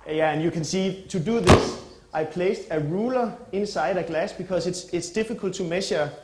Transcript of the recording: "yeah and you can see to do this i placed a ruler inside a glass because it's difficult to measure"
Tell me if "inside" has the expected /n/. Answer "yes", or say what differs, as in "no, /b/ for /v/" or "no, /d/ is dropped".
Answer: yes